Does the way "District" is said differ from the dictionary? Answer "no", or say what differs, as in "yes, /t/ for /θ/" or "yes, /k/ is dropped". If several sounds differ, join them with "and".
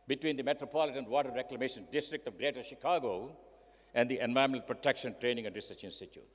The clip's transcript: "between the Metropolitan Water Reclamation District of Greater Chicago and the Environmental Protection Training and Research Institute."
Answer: no